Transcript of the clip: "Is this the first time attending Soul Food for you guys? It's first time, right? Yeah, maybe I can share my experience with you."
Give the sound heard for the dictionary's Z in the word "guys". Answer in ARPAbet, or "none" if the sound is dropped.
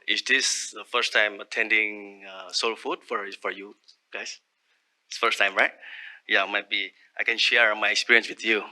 S